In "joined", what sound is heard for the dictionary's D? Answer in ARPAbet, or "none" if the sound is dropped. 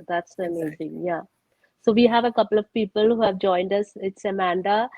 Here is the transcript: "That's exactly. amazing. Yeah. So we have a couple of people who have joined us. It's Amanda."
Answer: D